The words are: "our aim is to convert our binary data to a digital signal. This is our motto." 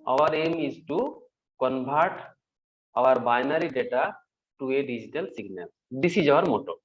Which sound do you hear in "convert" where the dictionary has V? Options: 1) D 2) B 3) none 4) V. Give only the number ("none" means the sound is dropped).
2